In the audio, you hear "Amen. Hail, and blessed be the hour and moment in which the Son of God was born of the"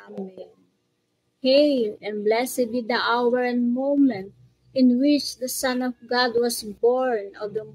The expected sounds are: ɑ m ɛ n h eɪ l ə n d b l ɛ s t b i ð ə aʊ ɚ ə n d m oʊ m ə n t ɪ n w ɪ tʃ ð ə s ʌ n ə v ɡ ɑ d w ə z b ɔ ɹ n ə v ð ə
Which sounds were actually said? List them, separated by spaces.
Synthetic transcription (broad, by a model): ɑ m h eɪ l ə n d b l ɛ s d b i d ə aʊ ɚ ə n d m oʊ m ə n t ɪ n w ɪ tʃ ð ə s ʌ n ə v ɡ ɑ d w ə s b ɔ ɹ n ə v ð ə